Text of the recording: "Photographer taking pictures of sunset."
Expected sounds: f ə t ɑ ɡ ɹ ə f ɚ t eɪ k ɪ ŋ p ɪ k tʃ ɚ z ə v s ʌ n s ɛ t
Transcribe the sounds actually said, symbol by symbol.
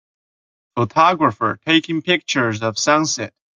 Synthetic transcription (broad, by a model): f ə t ɑ ɡ ɹ ə f ɚ t eɪ k ɪ ŋ p ɪ k tʃ ɚ z ə v s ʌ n s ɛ t